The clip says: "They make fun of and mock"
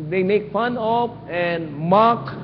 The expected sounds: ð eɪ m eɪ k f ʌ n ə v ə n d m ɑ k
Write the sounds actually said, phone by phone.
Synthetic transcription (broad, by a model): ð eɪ m eɪ k f ʌ n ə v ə n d m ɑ k